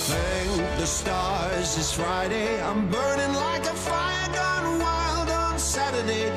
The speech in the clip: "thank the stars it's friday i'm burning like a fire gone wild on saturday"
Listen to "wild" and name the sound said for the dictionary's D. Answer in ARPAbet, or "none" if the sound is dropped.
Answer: D